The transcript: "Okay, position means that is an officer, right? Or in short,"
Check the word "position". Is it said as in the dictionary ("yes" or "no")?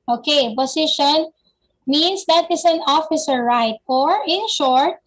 no